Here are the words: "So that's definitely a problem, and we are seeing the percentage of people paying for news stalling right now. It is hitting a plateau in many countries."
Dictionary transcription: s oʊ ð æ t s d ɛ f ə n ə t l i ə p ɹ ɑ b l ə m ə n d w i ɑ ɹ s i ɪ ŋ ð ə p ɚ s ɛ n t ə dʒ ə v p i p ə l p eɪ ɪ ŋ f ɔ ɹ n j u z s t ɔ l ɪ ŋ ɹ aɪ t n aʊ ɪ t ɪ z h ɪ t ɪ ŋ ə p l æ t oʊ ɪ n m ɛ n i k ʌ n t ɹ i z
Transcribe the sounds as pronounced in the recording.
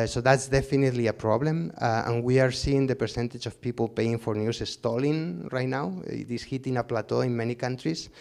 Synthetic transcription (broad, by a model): s oʊ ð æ t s d ɛ f ə n ə t l i ə p ɹ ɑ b l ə m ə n w i ɑ ɹ s i ɪ ŋ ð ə p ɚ s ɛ n t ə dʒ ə f p i p ə l p eɪ ɪ ŋ f ɔ ɹ n j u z s t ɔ l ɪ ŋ ɹ aɪ t n aʊ ɪ t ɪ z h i t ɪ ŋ ə p l æ t oʊ ɪ n m ɛ n i k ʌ n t ɹ i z